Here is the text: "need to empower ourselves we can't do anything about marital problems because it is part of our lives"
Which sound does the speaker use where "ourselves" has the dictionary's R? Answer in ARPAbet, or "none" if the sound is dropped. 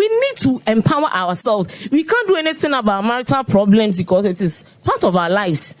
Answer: W